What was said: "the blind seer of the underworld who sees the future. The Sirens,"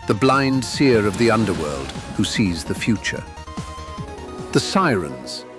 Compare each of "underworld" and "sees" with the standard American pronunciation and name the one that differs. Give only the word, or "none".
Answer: none